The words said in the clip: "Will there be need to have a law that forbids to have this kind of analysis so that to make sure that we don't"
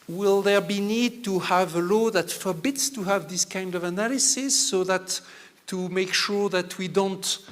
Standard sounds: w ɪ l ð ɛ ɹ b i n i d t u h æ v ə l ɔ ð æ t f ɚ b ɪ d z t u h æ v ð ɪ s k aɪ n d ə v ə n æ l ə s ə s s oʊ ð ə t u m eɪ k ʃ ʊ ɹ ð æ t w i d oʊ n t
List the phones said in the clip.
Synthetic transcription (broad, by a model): w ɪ l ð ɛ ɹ b i n i d t u h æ v ə l ɔ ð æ t f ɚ b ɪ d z t u h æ v ð ɪ s k aɪ n d ə v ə n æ l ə s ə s s oʊ ð ə t u m eɪ k ʃ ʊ ɹ ð æ t w i d oʊ n t